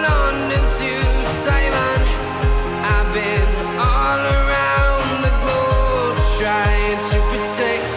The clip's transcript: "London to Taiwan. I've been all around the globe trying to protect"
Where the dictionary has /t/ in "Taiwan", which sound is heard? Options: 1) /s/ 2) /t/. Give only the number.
1